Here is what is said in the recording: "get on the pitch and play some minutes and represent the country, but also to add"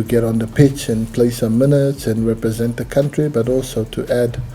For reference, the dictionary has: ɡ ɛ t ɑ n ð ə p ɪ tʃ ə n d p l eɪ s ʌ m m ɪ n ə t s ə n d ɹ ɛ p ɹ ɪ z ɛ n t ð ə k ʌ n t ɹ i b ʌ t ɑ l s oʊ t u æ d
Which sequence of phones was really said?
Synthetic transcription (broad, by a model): ɡ ɛ t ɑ n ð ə p ɪ tʃ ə n p l eɪ s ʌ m m ɪ n ə t s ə n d ɹ ɛ p ɹ ɪ z ɛ n t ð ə k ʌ n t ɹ i b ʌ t ɑ l s oʊ t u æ d